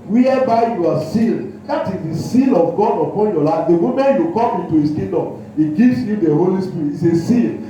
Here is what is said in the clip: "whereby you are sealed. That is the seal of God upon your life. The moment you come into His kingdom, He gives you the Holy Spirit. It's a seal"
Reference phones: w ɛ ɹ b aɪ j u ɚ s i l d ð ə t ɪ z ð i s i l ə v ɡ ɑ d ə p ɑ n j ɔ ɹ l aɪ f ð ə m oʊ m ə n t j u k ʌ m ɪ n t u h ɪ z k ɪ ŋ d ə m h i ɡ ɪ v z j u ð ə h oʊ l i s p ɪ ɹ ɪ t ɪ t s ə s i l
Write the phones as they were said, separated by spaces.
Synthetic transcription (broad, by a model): w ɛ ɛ b aɪ j u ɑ s i l d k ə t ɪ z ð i s i l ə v ɡ ɑ d ə p ɑ n j ɔ l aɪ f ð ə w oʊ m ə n j u k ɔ m ɪ n t u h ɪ s k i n d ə m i ɡ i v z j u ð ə h oʊ l i s p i ɹ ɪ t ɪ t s ə s i l